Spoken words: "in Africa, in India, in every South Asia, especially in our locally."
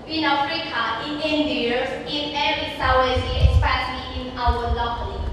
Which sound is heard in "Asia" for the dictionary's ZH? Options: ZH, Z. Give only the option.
Z